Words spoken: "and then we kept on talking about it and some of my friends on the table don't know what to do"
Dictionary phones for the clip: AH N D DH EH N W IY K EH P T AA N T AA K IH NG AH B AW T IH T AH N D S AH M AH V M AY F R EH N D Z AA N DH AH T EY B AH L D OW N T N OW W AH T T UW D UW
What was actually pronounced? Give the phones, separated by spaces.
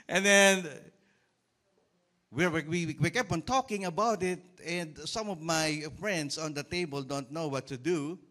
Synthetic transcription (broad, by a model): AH N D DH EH N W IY K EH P AA N T AA K IH NG AH B AW T IH T AH N D S AH M AH V M AY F R EH N D S AA N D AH T EY B AH L D OW N T N OW W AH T T UW D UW